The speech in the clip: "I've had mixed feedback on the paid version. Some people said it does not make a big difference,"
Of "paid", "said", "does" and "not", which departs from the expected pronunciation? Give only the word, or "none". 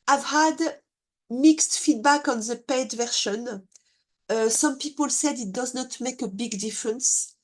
none